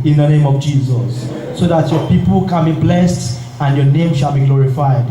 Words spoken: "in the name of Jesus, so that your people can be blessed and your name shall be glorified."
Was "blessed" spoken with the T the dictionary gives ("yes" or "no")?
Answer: yes